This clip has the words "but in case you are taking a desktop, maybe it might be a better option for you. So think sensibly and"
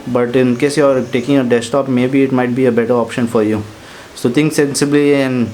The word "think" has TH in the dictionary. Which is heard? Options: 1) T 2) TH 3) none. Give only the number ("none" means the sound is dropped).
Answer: 1